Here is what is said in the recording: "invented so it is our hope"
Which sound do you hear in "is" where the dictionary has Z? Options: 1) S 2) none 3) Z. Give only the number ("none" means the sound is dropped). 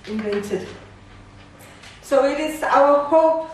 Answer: 1